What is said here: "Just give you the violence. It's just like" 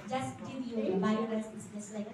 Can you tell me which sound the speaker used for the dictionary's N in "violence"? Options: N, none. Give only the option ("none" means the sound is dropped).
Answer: none